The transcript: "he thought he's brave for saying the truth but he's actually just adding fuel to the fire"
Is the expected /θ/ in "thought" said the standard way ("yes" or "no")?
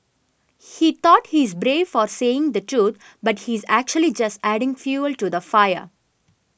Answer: no